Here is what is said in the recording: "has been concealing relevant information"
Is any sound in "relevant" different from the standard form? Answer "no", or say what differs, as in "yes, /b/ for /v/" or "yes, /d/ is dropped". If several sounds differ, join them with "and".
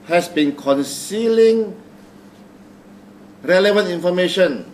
no